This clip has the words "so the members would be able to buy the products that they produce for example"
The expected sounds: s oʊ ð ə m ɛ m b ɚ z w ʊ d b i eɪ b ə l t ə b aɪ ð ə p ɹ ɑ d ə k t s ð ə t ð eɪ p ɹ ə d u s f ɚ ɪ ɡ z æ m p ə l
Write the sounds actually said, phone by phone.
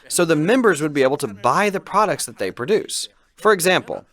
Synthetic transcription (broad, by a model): s oʊ ð ə m ɛ m b ɚ z w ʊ d b i eɪ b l t ə b aɪ ð ə p ɹ ɑ d ə k t s ð ə t ð eɪ p ɹ ə d u s f ɚ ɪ ɡ z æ m p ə l